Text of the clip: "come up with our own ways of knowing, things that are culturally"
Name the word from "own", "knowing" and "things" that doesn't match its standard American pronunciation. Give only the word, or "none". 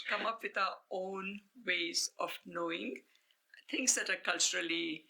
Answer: things